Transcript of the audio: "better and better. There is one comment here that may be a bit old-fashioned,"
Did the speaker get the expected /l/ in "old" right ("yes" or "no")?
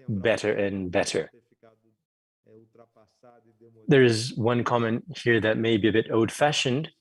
no